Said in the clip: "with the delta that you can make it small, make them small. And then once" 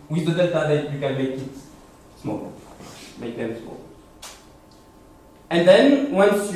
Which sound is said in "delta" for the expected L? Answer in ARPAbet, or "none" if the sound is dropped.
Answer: none